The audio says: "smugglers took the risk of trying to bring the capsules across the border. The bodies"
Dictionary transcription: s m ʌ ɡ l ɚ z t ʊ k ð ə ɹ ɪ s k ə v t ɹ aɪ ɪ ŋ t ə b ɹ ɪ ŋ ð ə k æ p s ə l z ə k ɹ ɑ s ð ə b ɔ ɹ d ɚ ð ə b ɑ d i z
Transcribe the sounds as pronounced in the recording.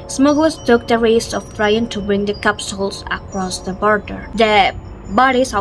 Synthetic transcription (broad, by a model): s m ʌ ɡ l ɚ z t ʊ k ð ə ɹ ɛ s ə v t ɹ aɪ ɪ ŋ t ə b ɹ ɪ ŋ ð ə k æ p s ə l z ə k ɹ ɑ s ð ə b ɔ ɹ d ɚ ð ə b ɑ d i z